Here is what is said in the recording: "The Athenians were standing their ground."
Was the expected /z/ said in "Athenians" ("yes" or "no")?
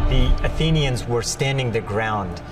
yes